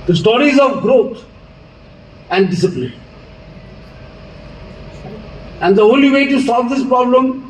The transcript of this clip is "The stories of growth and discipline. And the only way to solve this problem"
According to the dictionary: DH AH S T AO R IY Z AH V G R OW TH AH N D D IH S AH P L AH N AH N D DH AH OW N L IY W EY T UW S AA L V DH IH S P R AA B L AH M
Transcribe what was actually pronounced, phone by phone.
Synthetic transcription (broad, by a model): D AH S T AO R IY Z AH V G R OW T AH N D D IH S AH P L AH N AH N D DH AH OW L IY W EY T UW S AA L V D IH S P R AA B L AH M